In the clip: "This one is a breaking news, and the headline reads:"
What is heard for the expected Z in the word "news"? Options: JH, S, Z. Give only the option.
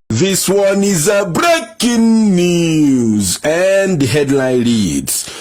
Z